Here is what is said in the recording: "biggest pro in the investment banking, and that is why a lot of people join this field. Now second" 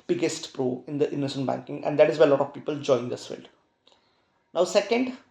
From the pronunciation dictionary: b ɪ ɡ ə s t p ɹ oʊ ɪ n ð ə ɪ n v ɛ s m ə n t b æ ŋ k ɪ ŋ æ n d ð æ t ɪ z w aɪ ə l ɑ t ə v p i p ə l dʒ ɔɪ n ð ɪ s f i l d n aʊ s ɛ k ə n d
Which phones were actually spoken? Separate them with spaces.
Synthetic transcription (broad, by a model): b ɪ ɡ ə s t p ɹ oʊ ɪ n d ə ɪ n ʌ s ə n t b æ ŋ k ɪ ŋ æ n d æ t ɪ z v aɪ ə l ɑ t ə v p i p ə l dʒ ɔɪ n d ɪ s f i l d n aʊ s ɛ k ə n d